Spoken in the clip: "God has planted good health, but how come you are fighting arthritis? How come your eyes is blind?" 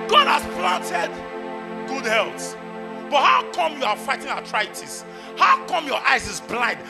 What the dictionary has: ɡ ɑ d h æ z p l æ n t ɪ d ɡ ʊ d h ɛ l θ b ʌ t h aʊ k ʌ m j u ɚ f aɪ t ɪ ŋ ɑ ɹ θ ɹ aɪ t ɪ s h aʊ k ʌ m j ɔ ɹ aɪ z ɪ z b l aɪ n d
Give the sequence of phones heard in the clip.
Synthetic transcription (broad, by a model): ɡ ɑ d h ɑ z p l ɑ n t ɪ d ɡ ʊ d h ɛ l s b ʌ t h aʊ k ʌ m j u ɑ f aɪ t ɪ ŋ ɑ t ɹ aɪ t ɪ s h aʊ k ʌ m j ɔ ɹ aɪ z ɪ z b l aɪ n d